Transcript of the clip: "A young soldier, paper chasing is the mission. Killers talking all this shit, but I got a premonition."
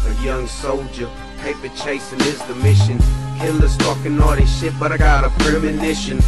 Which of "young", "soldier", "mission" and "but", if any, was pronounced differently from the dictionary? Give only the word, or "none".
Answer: none